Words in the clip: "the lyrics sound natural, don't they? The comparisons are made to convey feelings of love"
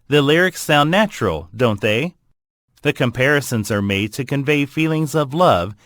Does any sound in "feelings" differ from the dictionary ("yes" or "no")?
no